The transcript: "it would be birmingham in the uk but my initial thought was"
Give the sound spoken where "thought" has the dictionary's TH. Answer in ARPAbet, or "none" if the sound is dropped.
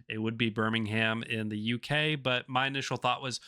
TH